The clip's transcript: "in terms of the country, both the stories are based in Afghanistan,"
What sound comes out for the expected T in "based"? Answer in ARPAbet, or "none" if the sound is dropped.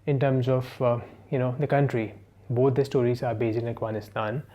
none